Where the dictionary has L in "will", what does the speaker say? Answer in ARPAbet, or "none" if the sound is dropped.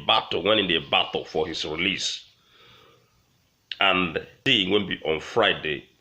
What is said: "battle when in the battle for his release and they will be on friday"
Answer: N